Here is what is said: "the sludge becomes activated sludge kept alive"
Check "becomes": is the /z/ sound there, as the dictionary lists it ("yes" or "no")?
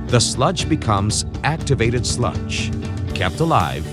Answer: yes